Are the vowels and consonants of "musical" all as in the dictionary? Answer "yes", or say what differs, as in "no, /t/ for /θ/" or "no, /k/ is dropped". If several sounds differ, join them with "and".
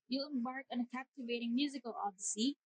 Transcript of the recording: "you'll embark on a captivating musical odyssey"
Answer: yes